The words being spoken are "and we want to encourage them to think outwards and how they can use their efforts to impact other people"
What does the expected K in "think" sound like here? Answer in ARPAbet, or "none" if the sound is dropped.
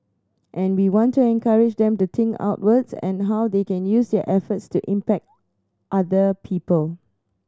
none